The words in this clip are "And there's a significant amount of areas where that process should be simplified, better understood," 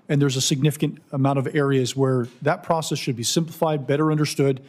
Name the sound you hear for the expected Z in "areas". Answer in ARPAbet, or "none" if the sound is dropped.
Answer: Z